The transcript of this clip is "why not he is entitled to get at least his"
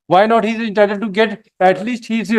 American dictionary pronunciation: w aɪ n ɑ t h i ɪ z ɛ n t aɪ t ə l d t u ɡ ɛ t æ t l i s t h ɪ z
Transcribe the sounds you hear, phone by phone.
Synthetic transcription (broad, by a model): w aɪ n ɑ t h i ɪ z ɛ n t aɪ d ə d t u ɡ ɛ t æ t l i s t h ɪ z